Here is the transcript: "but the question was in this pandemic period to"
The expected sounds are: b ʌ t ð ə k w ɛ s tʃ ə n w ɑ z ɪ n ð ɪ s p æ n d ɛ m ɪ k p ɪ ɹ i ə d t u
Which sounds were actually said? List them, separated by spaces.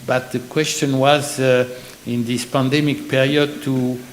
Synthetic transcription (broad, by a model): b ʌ t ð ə k w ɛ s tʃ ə n w ɑ z ɪ n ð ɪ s p æ n d ɛ m ɪ k p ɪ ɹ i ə d t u